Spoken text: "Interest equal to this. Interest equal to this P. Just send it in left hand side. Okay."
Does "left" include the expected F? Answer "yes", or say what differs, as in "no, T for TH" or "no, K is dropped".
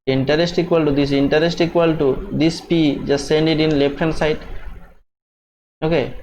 no, P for F